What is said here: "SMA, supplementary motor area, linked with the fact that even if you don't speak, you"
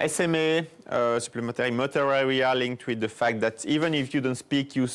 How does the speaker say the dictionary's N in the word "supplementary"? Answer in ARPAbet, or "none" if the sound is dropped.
none